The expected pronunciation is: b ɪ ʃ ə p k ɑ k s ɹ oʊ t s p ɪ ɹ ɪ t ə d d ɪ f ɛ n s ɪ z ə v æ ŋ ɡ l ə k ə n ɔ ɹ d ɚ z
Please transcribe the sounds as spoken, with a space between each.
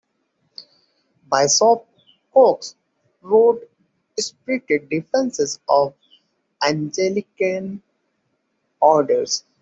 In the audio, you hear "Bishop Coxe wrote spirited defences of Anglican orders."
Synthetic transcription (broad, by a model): b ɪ s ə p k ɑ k s ɹ oʊ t s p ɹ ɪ t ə d d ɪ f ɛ n s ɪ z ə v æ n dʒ l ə k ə n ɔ ɹ d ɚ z